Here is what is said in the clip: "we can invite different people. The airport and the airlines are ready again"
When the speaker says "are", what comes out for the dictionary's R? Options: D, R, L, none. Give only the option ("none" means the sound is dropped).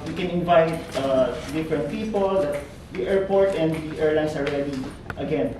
L